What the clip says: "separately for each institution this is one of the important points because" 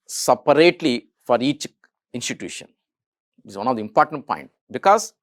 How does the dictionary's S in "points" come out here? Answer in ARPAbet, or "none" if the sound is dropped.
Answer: none